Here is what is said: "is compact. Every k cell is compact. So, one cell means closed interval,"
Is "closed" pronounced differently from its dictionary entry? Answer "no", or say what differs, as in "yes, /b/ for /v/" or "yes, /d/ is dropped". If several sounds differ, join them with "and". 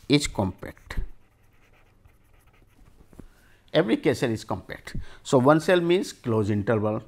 yes, /d/ is dropped